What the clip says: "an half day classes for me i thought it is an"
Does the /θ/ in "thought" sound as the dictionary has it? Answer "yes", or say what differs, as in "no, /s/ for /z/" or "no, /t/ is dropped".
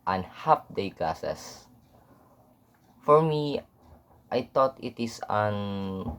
no, /t/ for /θ/